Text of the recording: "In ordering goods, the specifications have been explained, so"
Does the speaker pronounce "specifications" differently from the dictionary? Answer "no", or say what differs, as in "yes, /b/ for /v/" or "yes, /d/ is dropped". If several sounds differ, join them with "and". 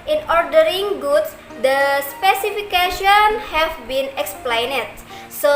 yes, /z/ is dropped